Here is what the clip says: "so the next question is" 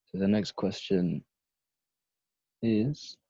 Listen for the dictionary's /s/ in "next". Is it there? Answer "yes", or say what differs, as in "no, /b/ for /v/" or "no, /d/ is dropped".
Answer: yes